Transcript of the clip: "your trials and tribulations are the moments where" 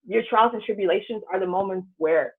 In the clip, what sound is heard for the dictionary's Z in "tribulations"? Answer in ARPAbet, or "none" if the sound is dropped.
Z